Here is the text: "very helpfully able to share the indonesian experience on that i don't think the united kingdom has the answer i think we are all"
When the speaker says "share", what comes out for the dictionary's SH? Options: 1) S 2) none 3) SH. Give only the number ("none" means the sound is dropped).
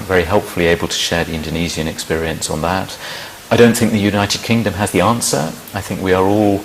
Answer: 3